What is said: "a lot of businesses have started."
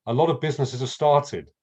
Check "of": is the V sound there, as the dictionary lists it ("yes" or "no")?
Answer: yes